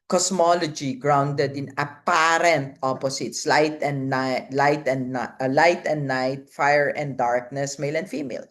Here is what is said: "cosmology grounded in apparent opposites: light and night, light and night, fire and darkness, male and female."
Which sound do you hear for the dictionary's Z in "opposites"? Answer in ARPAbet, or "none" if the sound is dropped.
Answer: S